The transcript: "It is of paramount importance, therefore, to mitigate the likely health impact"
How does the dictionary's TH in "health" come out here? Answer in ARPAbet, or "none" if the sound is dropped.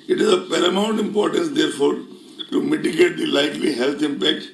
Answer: T